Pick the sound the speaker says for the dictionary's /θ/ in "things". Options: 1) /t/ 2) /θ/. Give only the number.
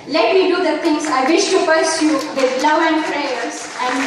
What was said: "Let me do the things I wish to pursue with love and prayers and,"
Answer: 1